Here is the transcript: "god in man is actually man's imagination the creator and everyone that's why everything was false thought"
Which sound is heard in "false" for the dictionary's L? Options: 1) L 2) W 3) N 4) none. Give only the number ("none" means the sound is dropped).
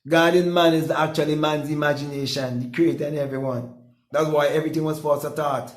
4